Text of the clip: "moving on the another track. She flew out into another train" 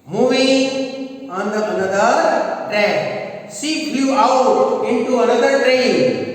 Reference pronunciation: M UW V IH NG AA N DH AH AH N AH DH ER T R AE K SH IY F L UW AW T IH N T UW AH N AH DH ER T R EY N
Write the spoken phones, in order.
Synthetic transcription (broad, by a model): M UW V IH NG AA N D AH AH N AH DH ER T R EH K S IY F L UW AW T IH N T UW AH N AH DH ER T R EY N